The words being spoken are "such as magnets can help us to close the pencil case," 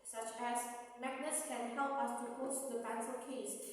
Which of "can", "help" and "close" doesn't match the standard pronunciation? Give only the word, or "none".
close